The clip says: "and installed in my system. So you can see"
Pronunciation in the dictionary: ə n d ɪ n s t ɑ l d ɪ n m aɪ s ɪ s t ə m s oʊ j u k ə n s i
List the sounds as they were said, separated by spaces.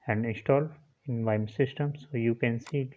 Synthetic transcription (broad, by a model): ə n d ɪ n s t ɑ l ɪ n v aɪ s ɪ s t ə m s oʊ j u k ə n s i